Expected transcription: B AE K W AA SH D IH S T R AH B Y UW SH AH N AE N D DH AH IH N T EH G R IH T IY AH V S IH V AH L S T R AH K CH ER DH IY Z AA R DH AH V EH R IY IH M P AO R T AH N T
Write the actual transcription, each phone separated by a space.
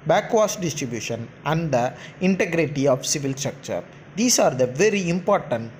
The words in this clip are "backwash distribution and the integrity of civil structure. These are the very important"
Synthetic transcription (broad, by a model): B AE K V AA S D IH S T R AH B Y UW SH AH N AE N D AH IH N T EH G R IH T IY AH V S IH V AH L S T R AH K CH ER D IY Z AA R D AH V EH R IY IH M P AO R T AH N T